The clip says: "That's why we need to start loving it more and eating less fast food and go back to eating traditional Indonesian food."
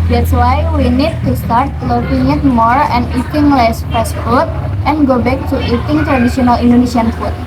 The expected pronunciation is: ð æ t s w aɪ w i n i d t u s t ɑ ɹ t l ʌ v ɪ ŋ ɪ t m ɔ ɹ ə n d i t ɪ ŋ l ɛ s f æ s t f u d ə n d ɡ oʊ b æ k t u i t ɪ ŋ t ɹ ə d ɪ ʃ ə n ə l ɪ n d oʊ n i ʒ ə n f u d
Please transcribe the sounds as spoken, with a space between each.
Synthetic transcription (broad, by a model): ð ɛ t s w aɪ w i n i d t u s t ɑ ɹ t l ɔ p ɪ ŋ ɪ t m ɔ ɹ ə n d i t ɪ ŋ l ɛ s p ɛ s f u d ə n ɡ oʊ b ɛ k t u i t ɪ ŋ t ɹ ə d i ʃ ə n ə l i n d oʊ n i s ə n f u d